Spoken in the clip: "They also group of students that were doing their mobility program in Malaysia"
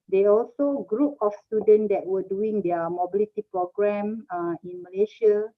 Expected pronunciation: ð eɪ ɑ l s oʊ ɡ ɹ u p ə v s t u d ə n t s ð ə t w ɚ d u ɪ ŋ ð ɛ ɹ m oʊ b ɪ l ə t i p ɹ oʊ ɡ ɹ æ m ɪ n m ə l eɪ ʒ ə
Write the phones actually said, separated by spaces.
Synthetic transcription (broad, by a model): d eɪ ɑ l s oʊ ɡ ɹ u p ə f s t u d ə n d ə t w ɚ d u ɪ ŋ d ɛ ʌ m oʊ b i l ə t i p ɹ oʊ ɡ ɹ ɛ m ɪ n m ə l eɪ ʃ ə